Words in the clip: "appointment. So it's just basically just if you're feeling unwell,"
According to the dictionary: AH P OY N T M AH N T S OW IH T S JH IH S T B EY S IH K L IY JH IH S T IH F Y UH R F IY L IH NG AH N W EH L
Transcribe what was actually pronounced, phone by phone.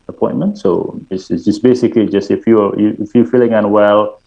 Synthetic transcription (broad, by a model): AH P OY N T M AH N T S OW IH S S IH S B EY S IH K L IY JH IH S T IH F Y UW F F IY L IH NG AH N W EH L